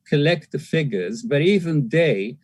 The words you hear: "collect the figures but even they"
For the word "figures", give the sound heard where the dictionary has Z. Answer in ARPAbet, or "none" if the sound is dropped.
Z